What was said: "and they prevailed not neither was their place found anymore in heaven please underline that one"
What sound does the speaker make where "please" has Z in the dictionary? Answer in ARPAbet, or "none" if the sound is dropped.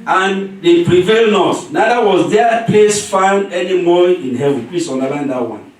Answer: S